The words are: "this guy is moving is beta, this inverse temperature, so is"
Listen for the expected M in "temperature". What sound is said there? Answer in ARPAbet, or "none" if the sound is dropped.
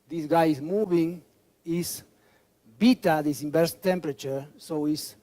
M